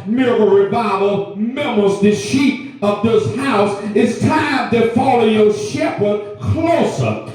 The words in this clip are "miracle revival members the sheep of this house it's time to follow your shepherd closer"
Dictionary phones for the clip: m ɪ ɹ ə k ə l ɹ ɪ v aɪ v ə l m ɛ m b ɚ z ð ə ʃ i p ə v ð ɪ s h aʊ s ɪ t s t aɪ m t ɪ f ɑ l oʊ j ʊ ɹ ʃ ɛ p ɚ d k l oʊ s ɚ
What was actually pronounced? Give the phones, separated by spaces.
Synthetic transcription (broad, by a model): m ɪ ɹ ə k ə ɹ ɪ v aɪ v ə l m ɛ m ɚ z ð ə ʃ i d ə v ð ɪ s h aʊ s ɪ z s t aɪ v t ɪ f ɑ l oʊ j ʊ ʃ ɛ p ɚ d k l oʊ s ɚ